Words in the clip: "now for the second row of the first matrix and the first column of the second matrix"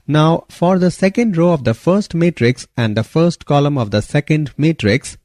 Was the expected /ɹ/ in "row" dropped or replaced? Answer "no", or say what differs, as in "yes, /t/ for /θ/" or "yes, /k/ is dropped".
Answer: no